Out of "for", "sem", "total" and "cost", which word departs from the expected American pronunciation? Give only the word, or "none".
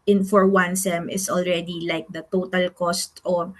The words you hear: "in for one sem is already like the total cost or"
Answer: none